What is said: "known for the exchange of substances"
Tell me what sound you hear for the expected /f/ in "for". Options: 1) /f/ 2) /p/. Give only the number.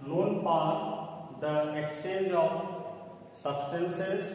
2